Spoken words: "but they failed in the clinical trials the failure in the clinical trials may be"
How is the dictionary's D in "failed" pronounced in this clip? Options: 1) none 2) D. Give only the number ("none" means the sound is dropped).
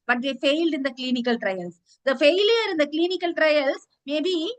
2